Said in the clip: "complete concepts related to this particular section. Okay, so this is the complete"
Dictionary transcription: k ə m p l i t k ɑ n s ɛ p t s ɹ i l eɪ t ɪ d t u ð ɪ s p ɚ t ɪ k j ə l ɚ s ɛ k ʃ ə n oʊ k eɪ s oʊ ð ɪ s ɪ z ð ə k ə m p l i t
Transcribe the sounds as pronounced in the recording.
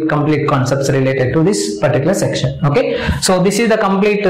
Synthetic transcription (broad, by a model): k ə m p l i t k ɑ n s ɛ p t s ɹ i l eɪ t ɪ d t u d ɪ s p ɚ t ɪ k j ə l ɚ s ɛ k ʃ ə n oʊ k eɪ s oʊ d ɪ s ɪ z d ə k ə m p l i t